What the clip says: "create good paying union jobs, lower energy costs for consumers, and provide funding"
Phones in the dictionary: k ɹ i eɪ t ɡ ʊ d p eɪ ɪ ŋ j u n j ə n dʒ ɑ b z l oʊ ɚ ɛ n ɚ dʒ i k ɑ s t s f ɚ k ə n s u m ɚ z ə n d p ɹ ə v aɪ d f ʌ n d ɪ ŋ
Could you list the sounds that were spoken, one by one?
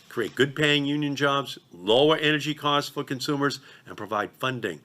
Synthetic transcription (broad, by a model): k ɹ i eɪ t ɡ ʊ d p eɪ ɪ ŋ j u n j ə n dʒ ɑ b z l oʊ ɚ ɛ n ɚ dʒ i k ɑ s t s f ɚ k ə n s u m ɚ z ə n p ɹ ə v aɪ d f ʌ n d ɪ ŋ